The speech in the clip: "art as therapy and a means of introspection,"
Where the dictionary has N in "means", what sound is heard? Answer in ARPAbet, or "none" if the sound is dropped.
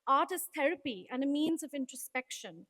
N